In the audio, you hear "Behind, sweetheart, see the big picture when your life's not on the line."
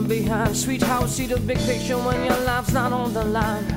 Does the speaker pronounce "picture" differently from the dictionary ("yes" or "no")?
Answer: yes